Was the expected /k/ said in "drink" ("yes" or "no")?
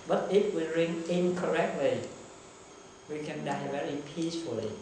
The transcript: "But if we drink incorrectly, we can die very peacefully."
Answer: no